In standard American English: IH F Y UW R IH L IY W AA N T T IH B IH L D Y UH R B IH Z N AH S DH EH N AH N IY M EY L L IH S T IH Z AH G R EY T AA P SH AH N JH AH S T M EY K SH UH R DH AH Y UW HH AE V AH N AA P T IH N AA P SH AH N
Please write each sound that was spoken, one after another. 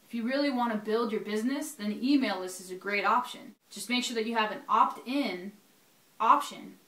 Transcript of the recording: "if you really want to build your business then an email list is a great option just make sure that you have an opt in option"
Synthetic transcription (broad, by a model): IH F Y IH R IH L IY W AA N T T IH B IH L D Y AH R B IH Z N AH S DH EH N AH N IY M EY L L IH S T IH Z AH G R EY T AA P SH AH N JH AH S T M EY K SH UH R DH AH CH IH V AH N AA P T IH N AA P SH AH N